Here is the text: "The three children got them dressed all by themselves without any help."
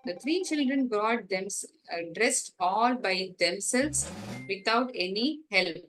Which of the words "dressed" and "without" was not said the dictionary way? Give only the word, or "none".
without